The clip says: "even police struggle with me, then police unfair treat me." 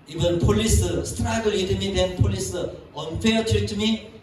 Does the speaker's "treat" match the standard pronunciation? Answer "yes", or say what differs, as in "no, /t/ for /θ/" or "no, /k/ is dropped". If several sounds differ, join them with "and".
no, /ɹ/ is dropped